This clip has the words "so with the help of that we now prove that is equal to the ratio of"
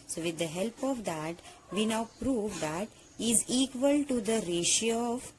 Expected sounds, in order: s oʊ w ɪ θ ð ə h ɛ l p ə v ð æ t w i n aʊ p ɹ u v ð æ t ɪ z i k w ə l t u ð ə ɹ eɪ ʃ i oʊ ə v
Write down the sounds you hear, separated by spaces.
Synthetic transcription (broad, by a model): s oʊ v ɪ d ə h ɛ l p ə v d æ t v i n aʊ p ɹ u v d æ t ɪ z i k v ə l t u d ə ɹ eɪ ʃ i oʊ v